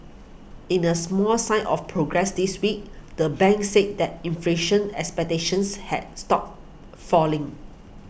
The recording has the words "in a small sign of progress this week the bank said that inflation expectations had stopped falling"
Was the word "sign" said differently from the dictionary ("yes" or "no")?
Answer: yes